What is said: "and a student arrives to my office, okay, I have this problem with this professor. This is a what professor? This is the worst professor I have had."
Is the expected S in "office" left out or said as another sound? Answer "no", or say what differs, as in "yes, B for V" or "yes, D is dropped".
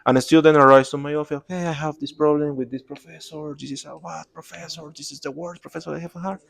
yes, S is dropped